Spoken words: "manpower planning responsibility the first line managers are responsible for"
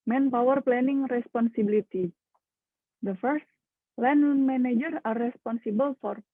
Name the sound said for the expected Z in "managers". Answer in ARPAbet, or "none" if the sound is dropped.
none